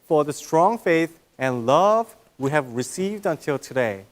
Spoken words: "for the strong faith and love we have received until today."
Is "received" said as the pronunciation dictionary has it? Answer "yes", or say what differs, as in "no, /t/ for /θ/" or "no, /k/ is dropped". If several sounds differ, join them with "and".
yes